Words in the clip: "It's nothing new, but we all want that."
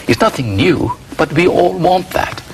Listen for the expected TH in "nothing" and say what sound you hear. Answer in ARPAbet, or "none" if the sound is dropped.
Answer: TH